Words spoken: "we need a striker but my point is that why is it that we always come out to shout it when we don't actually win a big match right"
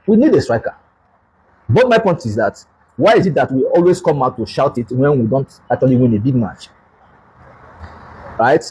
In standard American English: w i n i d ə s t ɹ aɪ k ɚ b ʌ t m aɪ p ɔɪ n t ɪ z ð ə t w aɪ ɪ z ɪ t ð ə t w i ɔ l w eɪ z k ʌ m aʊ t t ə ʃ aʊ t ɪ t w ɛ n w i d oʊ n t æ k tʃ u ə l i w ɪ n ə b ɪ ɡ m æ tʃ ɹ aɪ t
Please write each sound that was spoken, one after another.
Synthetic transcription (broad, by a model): w i n i d ə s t ɹ aɪ k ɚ b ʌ t m aɪ p ɔɪ n t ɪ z ð ə t w aɪ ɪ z ɪ t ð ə t w i ɔ l w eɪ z k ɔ m aʊ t t ə ʃ aʊ t ɪ t w ɛ n w i d oʊ n t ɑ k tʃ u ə l i w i n ə b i ɡ m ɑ tʃ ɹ aɪ t